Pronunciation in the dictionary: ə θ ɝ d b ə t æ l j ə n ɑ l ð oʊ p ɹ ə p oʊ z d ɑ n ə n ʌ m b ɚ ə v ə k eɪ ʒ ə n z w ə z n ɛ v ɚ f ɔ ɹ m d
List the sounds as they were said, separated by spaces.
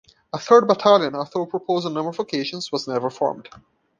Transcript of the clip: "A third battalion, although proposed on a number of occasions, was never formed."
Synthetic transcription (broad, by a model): ə θ ɝ d b ə t æ l j ə n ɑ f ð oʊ p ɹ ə p oʊ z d ə n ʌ m ɚ ə v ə k eɪ ʃ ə n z w ə z n ɛ v ɚ f ɔ ɹ m d